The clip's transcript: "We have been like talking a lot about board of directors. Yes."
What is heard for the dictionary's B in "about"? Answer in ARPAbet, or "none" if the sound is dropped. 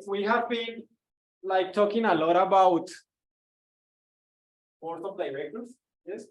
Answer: B